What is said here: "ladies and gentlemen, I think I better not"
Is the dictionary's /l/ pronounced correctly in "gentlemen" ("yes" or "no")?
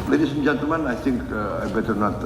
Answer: no